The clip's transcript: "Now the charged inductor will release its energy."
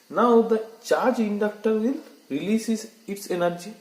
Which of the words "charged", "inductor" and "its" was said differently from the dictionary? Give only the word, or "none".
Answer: charged